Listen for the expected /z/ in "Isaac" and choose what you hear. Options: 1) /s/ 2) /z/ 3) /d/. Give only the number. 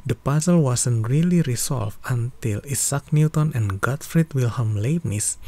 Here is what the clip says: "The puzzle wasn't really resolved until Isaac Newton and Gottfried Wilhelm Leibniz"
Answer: 1